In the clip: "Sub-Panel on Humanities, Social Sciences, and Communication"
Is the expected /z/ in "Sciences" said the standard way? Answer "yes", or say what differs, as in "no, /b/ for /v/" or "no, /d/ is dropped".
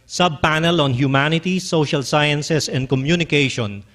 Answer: no, /s/ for /z/